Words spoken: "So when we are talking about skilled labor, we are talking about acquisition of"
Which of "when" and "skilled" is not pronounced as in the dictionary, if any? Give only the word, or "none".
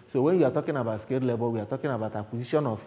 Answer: skilled